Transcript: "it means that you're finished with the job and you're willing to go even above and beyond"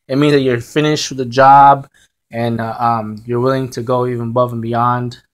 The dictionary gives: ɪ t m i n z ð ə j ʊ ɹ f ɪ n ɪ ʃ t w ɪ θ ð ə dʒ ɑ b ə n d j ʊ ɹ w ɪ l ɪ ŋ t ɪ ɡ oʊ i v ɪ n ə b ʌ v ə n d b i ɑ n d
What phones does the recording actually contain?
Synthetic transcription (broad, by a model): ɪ t m i n z ð ə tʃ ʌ ɹ f ɪ n ɪ ʃ t w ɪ ð ə dʒ ɑ b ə n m j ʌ ɹ w ɪ l ɪ ŋ t ɪ ɡ oʊ i v ɪ n ə b ʌ v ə n b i ɑ n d